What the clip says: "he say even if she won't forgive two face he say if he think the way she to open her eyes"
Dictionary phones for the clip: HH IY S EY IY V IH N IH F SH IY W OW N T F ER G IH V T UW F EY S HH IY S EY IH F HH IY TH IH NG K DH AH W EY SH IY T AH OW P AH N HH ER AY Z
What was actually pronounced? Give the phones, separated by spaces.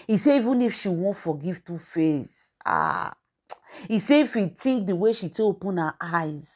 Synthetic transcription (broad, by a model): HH IY S EY IY V IH N IH F SH IY W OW N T F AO G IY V T UW F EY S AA IY S EY IH F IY T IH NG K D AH W EY SH IY T AH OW P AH N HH AY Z